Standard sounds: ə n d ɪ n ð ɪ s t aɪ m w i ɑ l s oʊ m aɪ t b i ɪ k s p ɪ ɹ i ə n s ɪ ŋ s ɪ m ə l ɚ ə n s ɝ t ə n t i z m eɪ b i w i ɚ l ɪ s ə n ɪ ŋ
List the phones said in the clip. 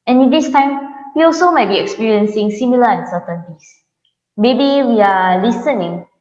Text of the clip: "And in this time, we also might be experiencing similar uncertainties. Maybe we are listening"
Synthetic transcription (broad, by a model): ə n ɪ n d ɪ s t aɪ m w i ɑ l s oʊ m aɪ t b i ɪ k s p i ɹ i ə n s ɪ ŋ s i m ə l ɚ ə n s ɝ t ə n t i s m eɪ b i w i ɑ l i s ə n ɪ ŋ